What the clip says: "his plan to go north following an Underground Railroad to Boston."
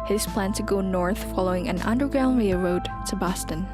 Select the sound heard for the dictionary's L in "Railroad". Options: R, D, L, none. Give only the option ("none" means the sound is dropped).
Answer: none